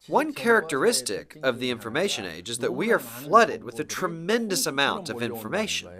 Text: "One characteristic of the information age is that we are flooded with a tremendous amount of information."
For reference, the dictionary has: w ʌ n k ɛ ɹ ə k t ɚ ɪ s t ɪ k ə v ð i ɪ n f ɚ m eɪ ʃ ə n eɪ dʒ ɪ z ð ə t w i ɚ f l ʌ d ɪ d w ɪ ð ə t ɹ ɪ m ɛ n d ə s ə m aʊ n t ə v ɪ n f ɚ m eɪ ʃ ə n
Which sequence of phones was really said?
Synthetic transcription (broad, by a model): w ʌ n k ɛ ɹ ə k t ɚ ɪ s t ɪ k ə v ð i ɪ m f ɚ m eɪ ʃ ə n eɪ dʒ ɪ z ð ə t w i ɚ f l ʌ d ɪ d w ɪ ð ə t ɹ ɪ m ɛ n d ə s ə m aʊ n t ə v ɪ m f ɚ m eɪ ʃ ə n